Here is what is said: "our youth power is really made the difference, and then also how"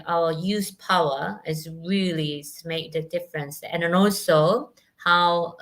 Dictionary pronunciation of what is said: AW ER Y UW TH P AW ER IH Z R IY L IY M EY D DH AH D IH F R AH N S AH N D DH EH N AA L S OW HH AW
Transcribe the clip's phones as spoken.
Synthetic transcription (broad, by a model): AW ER Y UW S P AW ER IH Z R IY L IY M EY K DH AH D IH F R AH N S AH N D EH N AA L S OW HH AW